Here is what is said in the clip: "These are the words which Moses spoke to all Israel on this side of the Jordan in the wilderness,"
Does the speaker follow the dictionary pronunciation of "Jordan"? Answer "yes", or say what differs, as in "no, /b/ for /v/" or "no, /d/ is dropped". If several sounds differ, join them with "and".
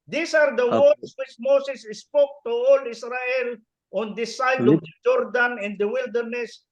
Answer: yes